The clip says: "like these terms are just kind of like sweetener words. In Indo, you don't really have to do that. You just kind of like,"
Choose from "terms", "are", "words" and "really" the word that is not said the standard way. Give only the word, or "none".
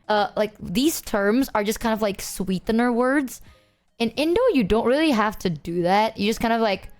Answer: none